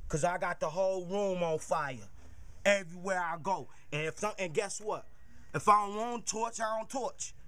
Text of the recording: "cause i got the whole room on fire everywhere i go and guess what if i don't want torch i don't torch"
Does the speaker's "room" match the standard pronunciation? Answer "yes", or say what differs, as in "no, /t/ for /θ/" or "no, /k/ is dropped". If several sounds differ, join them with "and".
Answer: yes